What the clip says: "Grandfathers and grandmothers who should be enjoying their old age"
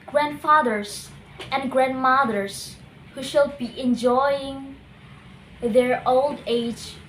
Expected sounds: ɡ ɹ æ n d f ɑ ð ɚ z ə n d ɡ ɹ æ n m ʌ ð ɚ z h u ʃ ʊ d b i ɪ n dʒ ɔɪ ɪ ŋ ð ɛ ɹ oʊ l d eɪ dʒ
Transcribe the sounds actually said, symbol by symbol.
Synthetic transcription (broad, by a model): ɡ ɹ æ n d f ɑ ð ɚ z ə n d ɡ ɹ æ n m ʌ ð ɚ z h u ʃ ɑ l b i ɪ n dʒ ɔɪ ɪ ŋ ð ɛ ɹ oʊ l d eɪ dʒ